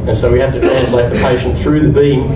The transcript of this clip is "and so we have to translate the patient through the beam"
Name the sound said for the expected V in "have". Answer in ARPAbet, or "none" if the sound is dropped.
F